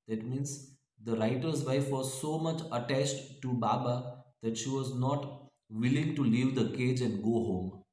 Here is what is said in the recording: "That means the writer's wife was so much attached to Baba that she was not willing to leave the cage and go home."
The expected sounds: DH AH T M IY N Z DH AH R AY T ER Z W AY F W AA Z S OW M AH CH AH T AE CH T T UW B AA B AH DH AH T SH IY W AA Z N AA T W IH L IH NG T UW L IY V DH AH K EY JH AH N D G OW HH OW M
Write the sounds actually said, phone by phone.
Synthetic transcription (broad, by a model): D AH T M IY N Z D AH R AY T ER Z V AY F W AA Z S OW M AH CH AH T AE CH T T UW B AA B AH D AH T SH IY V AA Z N AA T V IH L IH NG T UW L IY V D AH K EY JH AH N D G OW HH OW M